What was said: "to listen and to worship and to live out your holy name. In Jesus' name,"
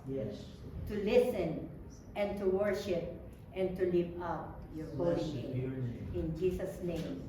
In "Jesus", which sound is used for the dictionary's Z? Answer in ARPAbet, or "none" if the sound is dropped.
S